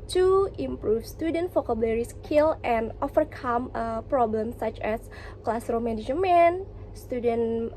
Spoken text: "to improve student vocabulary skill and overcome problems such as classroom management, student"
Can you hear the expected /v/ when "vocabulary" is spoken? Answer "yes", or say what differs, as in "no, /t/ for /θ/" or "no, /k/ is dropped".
no, /f/ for /v/